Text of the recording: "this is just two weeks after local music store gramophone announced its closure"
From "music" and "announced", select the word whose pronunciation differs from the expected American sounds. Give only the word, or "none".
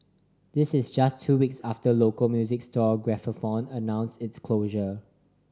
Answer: announced